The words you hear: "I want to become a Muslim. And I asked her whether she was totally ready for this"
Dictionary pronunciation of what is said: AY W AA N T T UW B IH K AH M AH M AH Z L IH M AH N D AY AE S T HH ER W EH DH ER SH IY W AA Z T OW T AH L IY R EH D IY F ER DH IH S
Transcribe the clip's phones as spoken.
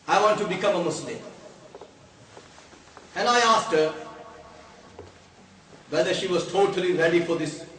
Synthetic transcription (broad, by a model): AY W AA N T T UW B IH K AH M AH M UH S L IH M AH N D AY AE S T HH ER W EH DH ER SH IY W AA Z T OW T AH L IY R EH D IY F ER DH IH S